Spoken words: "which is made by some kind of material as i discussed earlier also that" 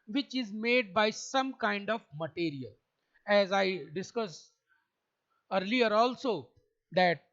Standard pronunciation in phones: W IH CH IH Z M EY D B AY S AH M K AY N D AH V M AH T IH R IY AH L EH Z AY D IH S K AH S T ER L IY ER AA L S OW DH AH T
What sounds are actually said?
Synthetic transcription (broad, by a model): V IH CH IH Z M EY D B AY S AH M K AY N D AH V M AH T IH R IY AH L EH Z AY D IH S K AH S ER L IY ER AA L S OW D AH T